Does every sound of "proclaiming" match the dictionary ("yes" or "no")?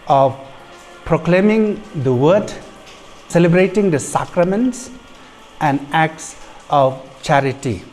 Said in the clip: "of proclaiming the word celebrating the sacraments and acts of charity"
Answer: yes